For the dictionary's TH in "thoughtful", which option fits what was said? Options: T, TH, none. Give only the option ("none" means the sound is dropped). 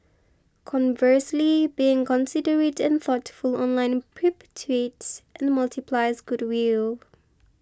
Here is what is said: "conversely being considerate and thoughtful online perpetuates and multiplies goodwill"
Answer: TH